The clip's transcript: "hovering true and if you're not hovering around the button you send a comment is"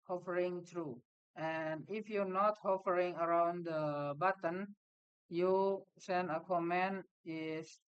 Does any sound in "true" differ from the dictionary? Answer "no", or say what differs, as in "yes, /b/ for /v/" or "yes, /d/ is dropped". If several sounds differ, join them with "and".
no